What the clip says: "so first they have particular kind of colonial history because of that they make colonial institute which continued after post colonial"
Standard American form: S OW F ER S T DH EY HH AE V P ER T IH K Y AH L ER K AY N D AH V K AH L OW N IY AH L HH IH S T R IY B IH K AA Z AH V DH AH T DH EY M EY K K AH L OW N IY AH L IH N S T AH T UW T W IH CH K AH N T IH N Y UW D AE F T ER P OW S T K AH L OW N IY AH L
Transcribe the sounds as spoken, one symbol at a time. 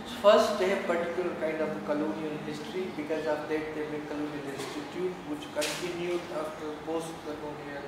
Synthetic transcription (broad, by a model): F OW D S T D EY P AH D T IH K Y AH L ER K AY N D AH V K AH L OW N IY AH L HH IH S T R IY B IH K AA Z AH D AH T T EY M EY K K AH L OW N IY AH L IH S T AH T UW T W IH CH K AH N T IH N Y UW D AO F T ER P OW S T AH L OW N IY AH